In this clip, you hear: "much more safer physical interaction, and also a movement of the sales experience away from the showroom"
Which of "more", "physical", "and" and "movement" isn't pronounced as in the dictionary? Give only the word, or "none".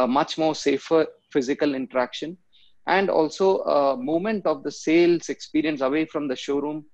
movement